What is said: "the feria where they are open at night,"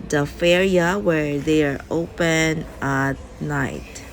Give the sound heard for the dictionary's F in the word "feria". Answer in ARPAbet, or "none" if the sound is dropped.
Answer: F